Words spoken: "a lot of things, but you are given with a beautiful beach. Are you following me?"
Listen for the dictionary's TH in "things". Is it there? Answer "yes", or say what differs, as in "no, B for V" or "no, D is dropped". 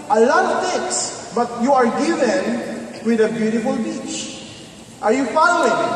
no, T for TH